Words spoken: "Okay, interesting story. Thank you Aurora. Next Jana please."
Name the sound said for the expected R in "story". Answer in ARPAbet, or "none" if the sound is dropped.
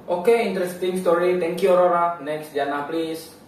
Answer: R